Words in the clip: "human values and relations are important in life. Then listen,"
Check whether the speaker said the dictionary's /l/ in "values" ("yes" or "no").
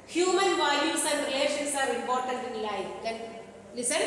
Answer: no